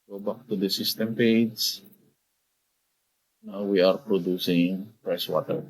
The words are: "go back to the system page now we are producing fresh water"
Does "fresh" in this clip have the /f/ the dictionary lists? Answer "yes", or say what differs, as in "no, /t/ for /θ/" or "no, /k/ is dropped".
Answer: no, /p/ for /f/